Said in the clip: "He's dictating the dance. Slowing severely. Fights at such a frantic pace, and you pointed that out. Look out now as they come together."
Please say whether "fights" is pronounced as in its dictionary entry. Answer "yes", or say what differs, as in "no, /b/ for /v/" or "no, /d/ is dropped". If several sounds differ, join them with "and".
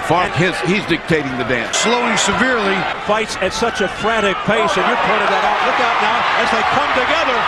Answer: yes